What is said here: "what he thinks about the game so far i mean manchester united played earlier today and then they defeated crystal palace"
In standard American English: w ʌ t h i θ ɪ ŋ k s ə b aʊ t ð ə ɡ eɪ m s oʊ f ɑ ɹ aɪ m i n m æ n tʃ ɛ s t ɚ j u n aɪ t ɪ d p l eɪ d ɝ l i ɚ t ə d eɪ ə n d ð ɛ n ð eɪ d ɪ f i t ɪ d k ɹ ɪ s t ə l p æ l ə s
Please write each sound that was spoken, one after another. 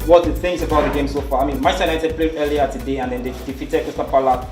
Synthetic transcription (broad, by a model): w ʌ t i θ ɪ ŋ s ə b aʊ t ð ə ɡ eɪ m s oʊ f ɑ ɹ aɪ m i n m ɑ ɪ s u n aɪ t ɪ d p l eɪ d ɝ l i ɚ t ə d eɪ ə n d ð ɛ n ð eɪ d ɪ f i t ɪ d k ɪ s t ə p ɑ l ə